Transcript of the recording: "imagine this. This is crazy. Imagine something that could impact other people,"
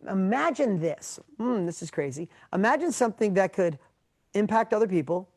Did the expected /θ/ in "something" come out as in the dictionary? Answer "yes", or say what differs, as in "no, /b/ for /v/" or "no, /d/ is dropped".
yes